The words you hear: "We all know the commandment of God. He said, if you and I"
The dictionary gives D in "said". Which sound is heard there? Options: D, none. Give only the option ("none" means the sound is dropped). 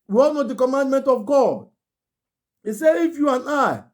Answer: none